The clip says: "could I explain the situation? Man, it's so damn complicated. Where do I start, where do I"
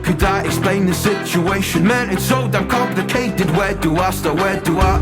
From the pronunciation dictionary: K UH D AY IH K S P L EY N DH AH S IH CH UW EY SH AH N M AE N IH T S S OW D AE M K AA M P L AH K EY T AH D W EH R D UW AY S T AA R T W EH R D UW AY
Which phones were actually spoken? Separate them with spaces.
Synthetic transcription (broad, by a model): K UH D AY IH K S P L EY N DH AH S IH CH UW EY SH AH N M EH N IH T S S OW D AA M K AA P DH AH K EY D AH D W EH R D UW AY S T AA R W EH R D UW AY